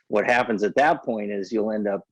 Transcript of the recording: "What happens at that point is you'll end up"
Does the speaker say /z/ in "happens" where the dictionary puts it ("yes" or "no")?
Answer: yes